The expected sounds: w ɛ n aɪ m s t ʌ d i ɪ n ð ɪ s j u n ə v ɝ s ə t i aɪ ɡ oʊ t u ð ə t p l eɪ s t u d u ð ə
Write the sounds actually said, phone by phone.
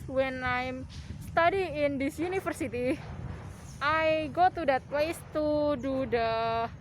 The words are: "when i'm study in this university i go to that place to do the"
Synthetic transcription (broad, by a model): w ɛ n aɪ m s t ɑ d i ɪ n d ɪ s j u n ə f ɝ s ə t i aɪ ɡ oʊ t u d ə t p l eɪ s t u d u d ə